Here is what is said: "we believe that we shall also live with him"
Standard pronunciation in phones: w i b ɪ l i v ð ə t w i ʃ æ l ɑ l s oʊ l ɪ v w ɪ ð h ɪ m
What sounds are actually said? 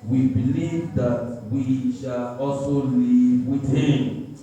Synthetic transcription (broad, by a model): w i b ɪ l i v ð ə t w i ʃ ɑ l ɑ s oʊ l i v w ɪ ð h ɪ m